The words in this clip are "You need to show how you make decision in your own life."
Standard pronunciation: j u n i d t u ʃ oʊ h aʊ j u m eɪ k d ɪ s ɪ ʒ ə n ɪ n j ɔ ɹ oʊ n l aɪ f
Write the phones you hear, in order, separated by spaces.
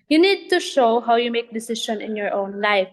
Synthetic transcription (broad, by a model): j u n i d t u ʃ oʊ h aʊ j u m eɪ k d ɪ s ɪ ʃ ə n ɪ n j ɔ ɹ oʊ n l aɪ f